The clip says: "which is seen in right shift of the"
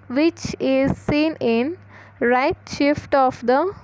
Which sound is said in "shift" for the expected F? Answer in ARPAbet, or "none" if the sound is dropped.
F